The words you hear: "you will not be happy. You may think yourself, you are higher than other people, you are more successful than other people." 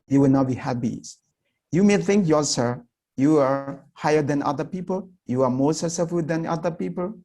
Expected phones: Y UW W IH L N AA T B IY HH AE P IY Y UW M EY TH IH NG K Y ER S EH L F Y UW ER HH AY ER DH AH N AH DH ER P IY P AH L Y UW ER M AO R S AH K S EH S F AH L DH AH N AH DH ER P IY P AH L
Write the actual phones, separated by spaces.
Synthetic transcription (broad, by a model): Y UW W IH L N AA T B IY HH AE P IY Y UW M EY TH IH NG K Y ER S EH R Y UW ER HH AY ER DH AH N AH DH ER P IY P AH L Y UW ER M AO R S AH S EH F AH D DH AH N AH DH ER P IY P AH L